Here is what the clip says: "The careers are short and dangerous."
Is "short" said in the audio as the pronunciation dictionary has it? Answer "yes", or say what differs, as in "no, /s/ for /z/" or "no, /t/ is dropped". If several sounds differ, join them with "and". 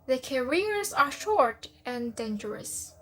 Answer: yes